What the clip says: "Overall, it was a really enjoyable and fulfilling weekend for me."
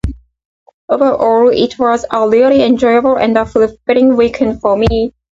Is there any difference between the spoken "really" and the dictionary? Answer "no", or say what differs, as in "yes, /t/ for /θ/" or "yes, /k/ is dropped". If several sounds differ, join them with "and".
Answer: yes, /l/ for /ɹ/